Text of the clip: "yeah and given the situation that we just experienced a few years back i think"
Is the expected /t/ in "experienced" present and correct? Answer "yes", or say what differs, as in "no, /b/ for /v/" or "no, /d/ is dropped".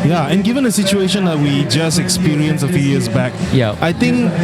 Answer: no, /t/ is dropped